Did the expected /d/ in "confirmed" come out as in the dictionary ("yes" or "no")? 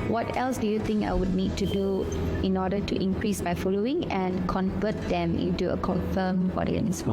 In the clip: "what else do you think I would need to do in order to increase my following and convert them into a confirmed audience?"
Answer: no